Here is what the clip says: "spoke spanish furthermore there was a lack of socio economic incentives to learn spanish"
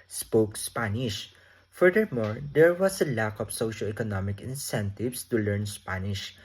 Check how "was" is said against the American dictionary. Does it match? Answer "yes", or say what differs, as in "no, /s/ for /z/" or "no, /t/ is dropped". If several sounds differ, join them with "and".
no, /s/ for /z/